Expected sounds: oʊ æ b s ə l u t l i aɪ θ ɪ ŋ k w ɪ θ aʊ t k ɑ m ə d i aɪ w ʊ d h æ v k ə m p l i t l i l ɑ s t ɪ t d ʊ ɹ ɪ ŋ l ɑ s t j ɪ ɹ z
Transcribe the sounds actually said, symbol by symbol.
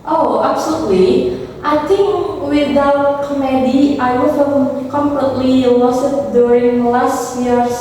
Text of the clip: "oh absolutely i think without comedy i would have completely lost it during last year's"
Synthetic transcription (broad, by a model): oʊ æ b s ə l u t l i aɪ t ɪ ŋ k w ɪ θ aʊ t k ɑ m ə d i aɪ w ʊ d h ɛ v k ə m p l i t l i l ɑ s ɪ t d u ɹ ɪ ŋ l ɑ s t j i ɹ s